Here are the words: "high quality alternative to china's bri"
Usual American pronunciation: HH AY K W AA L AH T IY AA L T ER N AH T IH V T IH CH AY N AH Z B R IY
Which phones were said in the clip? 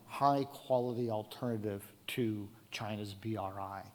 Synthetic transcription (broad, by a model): HH AY K W AA L AH T IY AA L T ER N AH T IH V T IH CH AY N AH Z B R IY